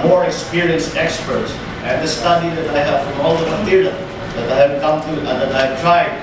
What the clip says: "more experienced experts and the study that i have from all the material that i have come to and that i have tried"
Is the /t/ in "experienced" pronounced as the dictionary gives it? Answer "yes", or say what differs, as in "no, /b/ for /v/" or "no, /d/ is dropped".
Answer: yes